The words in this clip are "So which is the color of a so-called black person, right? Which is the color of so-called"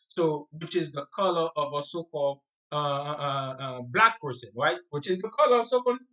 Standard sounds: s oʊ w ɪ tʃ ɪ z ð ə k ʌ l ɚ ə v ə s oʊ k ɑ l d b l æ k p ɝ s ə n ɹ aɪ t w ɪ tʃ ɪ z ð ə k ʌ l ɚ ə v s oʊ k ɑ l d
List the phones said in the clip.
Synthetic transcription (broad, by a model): s oʊ w ɪ tʃ ɪ z ð ə k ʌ l ɚ ə v ə s oʊ k ɑ l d b l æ k p ɝ s ə n ɹ aɪ t w ɪ tʃ ɪ z ð ə k ʌ l ɚ ə v s oʊ k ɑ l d